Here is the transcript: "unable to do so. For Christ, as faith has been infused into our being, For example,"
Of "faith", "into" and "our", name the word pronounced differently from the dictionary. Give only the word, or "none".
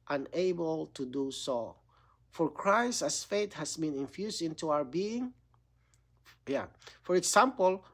faith